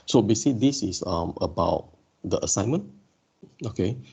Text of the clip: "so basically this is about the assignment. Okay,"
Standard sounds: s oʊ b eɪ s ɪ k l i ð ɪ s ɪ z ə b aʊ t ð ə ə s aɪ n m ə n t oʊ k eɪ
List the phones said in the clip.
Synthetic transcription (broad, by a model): s oʊ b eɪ s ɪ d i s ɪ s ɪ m ə b aʊ t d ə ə s aɪ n m ə n oʊ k eɪ